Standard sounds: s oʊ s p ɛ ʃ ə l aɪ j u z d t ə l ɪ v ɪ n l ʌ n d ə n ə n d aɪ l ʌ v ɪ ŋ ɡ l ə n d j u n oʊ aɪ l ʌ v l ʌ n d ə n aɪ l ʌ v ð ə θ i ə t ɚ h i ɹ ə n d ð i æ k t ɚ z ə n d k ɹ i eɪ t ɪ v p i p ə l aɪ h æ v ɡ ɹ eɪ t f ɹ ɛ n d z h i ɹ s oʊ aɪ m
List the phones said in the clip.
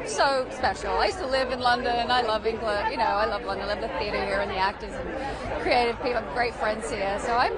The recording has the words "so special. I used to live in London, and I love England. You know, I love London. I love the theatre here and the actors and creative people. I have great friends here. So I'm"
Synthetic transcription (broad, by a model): s oʊ s p ɛ ʃ l aɪ j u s t ə l ɪ v ɪ n l ʌ n d ə n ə n aɪ l ʌ v ɪ ŋ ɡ l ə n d j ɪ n oʊ aɪ l ʌ v l ʌ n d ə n l ʌ v ð ə θ i ə t ɚ h i ɹ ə n ð i æ k t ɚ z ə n k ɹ i eɪ t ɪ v p i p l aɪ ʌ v ɡ ɹ eɪ t f ɹ ɛ n d z h i ɹ s oʊ aɪ m